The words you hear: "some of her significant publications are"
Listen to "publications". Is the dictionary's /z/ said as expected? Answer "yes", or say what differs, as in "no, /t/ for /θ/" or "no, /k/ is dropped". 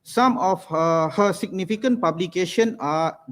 no, /z/ is dropped